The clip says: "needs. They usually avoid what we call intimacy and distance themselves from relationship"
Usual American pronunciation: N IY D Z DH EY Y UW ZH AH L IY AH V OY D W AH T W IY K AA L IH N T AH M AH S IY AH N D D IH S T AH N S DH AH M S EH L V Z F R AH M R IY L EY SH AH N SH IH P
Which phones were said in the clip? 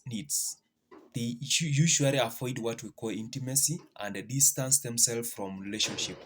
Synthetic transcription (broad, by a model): N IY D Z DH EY Y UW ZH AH L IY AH F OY D W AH T W IY K AA L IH N T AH M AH S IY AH N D D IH S T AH N S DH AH M S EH L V F R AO M R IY L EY SH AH N SH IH P